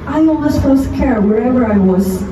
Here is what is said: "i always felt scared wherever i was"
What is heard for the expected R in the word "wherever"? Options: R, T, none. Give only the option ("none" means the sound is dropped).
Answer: R